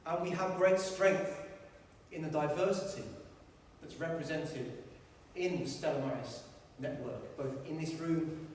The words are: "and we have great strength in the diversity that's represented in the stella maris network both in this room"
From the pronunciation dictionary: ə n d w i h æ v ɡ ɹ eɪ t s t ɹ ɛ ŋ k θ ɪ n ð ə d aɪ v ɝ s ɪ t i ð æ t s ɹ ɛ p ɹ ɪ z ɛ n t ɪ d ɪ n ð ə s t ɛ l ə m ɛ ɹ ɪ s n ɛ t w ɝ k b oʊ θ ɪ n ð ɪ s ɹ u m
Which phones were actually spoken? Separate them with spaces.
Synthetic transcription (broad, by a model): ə n w i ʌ v ɡ ɹ eɪ t s t ɹ ɛ ŋ k θ ɪ n ð ə d aɪ v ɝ s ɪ t i ð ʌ t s ɹ ɛ p ɹ ɪ z ɛ n t ɪ d ɪ n ð ə s t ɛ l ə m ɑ ɪ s n ɛ t w ɝ k b oʊ θ ɪ n ð ɪ s ɹ u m